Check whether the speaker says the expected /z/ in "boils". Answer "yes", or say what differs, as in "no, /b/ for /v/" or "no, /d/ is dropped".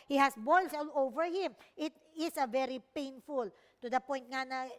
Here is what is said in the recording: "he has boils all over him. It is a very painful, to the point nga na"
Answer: no, /s/ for /z/